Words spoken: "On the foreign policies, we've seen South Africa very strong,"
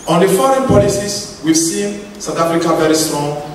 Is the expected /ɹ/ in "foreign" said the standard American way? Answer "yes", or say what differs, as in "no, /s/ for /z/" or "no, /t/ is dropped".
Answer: yes